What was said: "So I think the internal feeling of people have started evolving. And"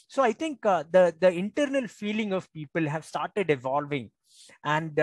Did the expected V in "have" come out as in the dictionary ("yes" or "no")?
yes